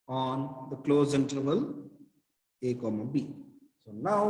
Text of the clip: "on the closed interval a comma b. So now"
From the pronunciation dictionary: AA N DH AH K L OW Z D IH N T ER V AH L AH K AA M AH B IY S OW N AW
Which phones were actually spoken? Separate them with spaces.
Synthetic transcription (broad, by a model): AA N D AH K L OW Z IH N T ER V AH L AH K AA M AH B IY S OW N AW